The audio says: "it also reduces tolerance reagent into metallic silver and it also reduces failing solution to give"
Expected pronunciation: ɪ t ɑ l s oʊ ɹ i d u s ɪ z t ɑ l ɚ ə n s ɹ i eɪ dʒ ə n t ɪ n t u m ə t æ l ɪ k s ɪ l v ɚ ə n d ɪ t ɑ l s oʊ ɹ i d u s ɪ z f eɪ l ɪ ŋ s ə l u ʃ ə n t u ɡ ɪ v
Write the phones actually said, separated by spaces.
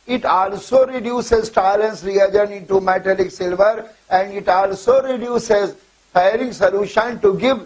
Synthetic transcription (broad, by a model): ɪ t ɑ l s oʊ ɹ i d u s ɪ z t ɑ l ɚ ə n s ɹ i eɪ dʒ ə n ɪ n t u m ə t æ l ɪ k s ɪ l v ɚ ə n d ɪ t ɑ l s oʊ ɹ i d u s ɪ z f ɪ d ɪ ŋ s ə l u ʃ ə n t u ɡ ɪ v